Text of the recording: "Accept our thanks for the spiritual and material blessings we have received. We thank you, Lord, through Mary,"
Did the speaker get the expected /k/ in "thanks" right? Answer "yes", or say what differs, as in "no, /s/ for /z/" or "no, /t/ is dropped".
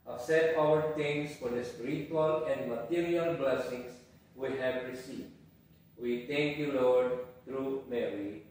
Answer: no, /k/ is dropped